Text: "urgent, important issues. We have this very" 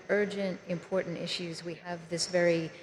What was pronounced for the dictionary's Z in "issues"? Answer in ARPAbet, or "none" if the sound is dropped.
Z